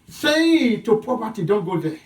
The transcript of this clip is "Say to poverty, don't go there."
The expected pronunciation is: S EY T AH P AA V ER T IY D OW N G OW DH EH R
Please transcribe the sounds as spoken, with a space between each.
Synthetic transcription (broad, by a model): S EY T AH P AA P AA T IY D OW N G OW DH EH